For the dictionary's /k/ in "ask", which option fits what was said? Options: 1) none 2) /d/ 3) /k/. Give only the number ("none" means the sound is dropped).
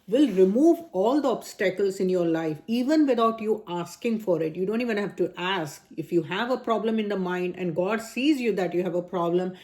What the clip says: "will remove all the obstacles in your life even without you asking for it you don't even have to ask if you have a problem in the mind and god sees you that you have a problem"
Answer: 3